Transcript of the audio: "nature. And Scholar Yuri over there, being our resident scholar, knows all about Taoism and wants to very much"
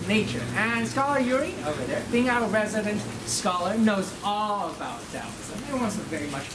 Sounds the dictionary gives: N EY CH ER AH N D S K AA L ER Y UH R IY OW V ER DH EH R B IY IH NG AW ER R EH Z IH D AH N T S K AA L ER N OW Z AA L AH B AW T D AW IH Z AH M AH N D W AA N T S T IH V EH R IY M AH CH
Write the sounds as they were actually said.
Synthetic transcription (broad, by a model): N EY CH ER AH N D S K AA L ER Y UH R IY OW V ER DH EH R B IY IH NG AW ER R EH Z IH D AH N T S K AA L ER N OW Z AA L AH B AW T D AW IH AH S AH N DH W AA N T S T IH V EH R IY M AH CH